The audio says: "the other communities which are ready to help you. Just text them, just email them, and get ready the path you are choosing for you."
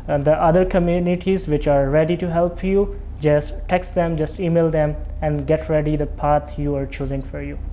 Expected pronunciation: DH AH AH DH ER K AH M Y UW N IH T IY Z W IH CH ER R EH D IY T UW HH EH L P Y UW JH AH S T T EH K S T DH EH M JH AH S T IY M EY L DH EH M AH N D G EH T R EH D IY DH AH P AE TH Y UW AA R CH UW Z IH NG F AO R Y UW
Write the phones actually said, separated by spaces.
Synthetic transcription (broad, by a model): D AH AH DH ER K AH M Y UW N IH T IY Z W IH CH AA R EH D IY T UW HH EH L P Y UW JH AH S T T EH K S T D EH M JH AH S T IY M EY L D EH M AH N D G EH T R EH D IY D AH P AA T Y UW AA R CH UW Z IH NG F AO R Y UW